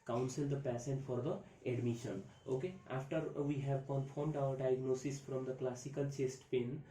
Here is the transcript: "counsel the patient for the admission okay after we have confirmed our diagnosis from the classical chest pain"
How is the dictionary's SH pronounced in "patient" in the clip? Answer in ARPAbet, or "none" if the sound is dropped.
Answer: S